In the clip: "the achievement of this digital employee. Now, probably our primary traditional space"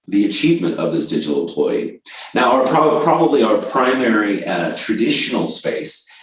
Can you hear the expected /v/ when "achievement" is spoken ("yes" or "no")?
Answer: yes